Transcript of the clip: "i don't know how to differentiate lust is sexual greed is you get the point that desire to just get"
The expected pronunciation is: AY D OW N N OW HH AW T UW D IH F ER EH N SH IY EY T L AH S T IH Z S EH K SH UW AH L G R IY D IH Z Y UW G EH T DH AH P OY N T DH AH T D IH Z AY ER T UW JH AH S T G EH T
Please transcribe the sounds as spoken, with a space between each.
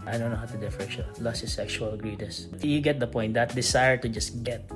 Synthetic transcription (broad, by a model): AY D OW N N OW HH AW T UW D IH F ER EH SH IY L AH S IH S EH K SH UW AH L G R IY D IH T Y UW G EH T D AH P OY N T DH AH T D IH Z AY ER T UW JH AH S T G EH T